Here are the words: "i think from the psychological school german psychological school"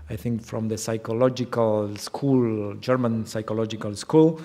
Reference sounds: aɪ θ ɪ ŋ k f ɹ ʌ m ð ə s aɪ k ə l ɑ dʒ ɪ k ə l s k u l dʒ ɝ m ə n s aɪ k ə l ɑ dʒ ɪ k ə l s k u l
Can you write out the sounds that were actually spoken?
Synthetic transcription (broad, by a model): aɪ θ ɪ ŋ k f ɹ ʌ m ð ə s aɪ k ə l ɑ dʒ ɪ k ə l s k u l dʒ ɝ m ə n s aɪ k ə l ɑ dʒ ɪ k ə l s k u l